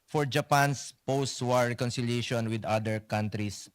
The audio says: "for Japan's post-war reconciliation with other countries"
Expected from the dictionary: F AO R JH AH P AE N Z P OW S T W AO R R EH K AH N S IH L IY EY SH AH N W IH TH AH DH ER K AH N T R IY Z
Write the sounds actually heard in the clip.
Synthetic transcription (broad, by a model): F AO R JH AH P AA N S P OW S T W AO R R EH K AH N S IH L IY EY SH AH N W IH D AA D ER K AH N T R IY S